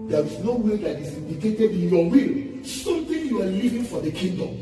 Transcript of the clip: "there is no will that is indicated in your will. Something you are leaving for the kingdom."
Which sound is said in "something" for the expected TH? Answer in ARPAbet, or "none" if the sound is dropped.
T